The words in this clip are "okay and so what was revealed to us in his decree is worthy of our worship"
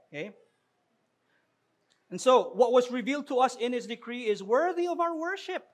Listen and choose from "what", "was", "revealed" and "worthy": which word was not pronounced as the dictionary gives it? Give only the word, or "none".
none